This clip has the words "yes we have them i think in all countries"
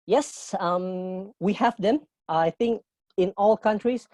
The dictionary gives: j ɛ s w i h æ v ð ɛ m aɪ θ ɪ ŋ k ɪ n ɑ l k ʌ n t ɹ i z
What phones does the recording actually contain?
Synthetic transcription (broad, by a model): j ɛ s w i h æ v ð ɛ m aɪ θ ɪ ŋ k ɪ n ɑ l k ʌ n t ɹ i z